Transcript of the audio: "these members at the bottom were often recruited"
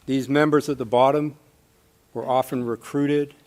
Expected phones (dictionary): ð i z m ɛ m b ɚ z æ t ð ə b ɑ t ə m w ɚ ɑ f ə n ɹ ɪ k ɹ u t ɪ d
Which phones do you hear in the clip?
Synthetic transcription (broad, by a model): ð i z m ɛ m b ɚ z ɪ t ð ə b ɑ t ə m w ɚ ɑ f ə n ɹ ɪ k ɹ u t ɪ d